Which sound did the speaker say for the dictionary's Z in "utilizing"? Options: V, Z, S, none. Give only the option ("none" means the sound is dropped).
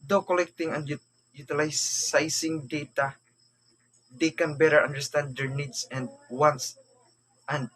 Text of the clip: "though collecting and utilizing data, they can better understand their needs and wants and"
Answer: S